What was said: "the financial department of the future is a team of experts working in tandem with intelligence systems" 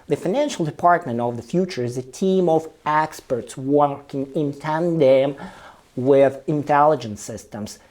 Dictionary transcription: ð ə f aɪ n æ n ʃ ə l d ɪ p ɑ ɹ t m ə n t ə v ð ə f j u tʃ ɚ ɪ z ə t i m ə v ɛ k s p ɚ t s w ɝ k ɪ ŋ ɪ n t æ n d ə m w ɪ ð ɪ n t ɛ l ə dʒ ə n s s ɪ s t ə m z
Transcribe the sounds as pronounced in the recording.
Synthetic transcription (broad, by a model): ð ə f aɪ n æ n ʃ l d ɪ p ɑ ɹ t m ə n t ə v ð ə f j u tʃ ɚ ɪ z ə t i m ə v ɛ k s p ɚ t s w ɝ k ɪ ŋ ɪ n t æ n d ə m w ɪ ð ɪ n t ɛ l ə dʒ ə n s s ɪ s t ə m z